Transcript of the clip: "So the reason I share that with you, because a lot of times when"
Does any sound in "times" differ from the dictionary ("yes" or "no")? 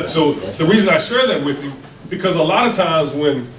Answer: no